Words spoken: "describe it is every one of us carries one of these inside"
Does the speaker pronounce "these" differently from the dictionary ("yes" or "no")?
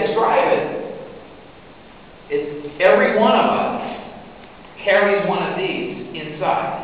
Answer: no